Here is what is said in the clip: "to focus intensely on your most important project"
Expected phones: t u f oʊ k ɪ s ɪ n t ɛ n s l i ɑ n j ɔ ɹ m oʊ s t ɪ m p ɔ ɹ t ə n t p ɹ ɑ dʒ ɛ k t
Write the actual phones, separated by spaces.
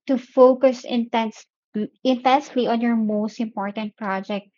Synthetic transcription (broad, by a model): t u f oʊ k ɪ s ɪ n t ɛ n s l i ɑ n j ɔ ɹ m oʊ s t ɪ m p ɔ ɹ t ə n t p ɹ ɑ dʒ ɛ k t